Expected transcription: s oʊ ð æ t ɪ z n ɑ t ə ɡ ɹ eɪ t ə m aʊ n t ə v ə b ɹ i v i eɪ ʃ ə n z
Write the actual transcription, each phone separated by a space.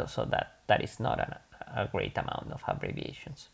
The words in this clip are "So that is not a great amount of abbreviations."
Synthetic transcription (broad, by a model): s oʊ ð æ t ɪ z n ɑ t ə ɡ ɹ eɪ t ə m aʊ n t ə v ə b ɹ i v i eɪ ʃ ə n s